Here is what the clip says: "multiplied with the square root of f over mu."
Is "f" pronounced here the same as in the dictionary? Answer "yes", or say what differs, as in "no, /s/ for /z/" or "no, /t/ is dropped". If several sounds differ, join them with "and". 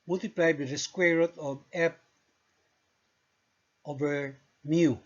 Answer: no, /p/ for /f/